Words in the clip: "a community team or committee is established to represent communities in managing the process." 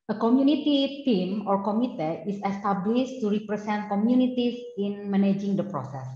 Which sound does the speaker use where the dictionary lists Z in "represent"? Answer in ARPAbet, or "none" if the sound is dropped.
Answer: S